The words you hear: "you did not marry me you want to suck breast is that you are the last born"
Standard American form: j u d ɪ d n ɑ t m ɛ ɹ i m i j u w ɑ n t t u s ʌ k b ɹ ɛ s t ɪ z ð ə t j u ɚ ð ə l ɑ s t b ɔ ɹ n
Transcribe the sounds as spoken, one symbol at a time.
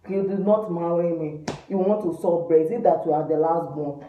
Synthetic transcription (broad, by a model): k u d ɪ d n ɑ t m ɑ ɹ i m i j u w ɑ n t t u s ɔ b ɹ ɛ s ɪ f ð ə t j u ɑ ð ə l ɑ s t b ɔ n